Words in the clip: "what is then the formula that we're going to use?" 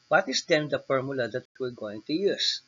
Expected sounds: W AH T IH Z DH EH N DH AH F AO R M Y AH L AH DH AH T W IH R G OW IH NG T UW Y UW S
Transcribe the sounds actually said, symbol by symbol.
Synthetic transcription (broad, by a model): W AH T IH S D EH N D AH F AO R M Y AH L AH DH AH T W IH L G OW IH NG T UW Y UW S